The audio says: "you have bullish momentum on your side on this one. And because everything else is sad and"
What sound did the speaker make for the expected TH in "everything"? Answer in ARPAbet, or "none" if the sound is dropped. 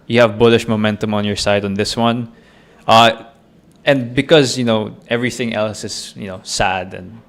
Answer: TH